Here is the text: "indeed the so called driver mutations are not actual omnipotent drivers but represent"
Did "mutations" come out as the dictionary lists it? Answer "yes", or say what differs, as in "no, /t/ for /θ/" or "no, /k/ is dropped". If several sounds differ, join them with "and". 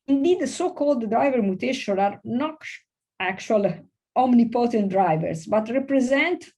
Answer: no, /z/ is dropped